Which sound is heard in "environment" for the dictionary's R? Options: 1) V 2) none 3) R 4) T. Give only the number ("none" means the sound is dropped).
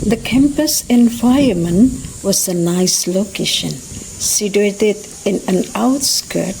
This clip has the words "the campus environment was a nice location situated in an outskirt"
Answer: 2